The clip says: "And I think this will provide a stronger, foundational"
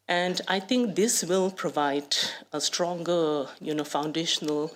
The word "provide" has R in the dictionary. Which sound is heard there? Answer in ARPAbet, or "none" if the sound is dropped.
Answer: R